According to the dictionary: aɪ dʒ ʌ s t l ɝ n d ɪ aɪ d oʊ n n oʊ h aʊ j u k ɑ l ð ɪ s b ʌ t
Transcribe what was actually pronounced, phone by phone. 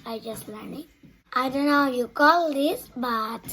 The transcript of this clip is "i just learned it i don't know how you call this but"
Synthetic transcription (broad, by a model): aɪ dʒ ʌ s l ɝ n ɪ aɪ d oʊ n n oʊ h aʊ j u k ɑ l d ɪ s b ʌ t